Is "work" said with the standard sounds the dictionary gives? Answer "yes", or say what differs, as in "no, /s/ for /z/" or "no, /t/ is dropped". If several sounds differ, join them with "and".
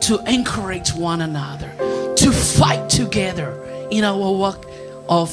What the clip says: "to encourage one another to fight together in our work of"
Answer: no, /k/ is dropped